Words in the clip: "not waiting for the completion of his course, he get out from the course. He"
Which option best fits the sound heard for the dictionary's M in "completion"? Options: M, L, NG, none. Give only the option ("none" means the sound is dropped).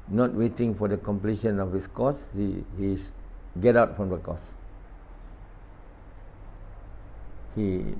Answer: M